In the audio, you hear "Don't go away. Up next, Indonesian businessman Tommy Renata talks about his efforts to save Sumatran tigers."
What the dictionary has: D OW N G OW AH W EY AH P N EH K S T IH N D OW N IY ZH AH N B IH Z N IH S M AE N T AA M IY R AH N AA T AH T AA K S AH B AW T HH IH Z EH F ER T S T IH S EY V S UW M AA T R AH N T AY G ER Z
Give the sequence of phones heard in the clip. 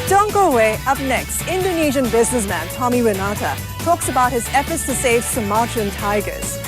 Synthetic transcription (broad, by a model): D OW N G OW AH W EY AH P N EH K S T IH N D OW N IY ZH AH N B IH Z N IH S M AE N T AA M IY W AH N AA T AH T AA K S AH B AW T HH IH Z EH F ER T S T IH S EY V S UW M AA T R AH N T AY G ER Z